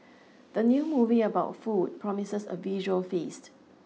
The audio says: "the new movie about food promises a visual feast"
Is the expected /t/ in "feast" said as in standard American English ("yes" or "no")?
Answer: yes